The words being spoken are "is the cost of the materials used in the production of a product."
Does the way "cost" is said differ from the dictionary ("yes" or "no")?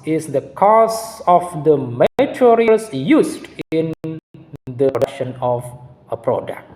yes